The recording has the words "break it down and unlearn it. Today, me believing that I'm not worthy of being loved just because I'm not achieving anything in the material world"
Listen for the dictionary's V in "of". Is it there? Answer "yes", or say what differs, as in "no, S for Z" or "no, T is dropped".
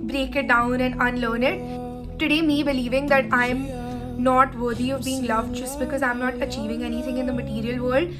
yes